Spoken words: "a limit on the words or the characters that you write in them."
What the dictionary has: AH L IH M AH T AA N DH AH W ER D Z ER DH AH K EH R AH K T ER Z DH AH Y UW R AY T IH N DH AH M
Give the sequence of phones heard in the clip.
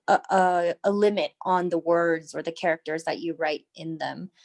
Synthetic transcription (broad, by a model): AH L IH M AH T N DH AH W ER D Z ER DH AH K EH R AH K T ER Z DH AH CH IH R AY T IH N DH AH M